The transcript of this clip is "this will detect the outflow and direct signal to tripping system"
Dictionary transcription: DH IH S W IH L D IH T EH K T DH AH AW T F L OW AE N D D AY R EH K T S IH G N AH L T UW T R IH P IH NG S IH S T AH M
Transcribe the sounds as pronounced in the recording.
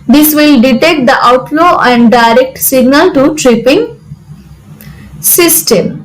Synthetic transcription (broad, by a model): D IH S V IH L D IH T EH K T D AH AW T L OW AE N D D AY R EH K T S IH G N AH L T UW T R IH P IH NG S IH S T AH M